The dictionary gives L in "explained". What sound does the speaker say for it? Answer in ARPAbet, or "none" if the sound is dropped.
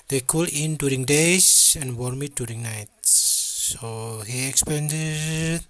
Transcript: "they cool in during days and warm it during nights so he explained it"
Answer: none